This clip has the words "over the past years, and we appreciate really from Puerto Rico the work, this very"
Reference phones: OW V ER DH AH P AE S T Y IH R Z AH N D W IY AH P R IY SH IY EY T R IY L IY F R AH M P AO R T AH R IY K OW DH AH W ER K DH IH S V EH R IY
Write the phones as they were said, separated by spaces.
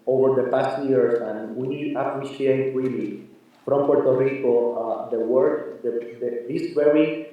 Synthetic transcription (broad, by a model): OW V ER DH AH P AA S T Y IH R S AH N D W IY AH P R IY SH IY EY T R IY L IY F R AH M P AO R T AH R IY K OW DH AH W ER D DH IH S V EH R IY